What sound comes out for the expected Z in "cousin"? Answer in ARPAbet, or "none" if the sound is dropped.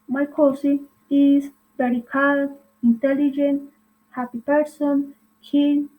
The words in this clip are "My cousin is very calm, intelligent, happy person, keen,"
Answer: S